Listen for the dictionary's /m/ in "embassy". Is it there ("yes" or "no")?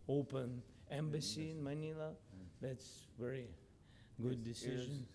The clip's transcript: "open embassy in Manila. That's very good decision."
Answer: yes